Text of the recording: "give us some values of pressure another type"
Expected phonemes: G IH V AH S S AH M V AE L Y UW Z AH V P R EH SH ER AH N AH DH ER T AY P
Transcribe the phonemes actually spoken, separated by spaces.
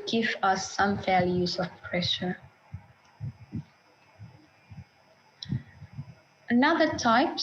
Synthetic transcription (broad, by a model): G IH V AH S S AH M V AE L Y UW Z AH V P R EH SH ER AH N AH DH ER T AY P